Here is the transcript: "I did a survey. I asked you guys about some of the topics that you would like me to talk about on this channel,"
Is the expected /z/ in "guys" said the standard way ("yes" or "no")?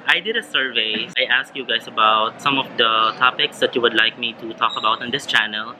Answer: no